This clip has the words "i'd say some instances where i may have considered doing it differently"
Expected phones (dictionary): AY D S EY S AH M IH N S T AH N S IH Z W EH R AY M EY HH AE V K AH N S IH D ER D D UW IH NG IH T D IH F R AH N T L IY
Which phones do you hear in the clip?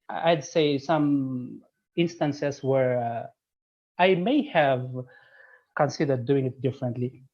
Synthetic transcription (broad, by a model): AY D S EY S AH M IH N S T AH N S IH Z W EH R AY M EY HH AE V K AH N S IH D ER D D UW IH NG IH T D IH F R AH N T L IY